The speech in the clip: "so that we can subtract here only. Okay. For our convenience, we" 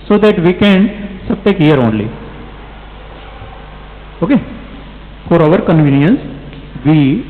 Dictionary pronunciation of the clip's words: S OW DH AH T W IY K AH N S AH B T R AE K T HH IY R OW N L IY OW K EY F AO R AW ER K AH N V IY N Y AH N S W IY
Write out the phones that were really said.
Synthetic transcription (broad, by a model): S OW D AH T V IY K AH N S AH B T EH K HH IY R OW N L IY OW K EY F AO R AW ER K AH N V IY N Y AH N S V IY